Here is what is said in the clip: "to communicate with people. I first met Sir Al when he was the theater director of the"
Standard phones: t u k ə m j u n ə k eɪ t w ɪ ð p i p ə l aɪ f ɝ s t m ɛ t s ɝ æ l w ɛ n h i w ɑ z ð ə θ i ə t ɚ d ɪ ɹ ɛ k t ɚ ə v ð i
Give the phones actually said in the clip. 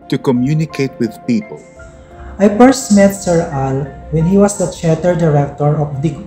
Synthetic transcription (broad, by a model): t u k ə m j u n ə k eɪ t w ɪ ð p i p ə l aɪ p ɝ s m ɛ t s ɝ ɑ l w ɛ n h i w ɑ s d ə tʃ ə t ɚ d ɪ ɹ ɛ k t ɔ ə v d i